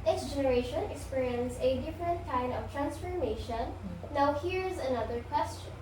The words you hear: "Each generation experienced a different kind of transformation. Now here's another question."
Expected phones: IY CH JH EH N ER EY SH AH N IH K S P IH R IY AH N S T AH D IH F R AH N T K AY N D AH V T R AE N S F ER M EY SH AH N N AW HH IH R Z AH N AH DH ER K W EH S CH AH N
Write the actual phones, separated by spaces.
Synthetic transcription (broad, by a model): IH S JH EH N ER EY SH AH N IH K S P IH R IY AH N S AH D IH F R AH N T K AY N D AH V T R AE N S F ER M EY SH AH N N AW HH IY R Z AH N AH DH ER K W EH S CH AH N